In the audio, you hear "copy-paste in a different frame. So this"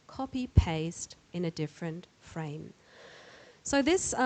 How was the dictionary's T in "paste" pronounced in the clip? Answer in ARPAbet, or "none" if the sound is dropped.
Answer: T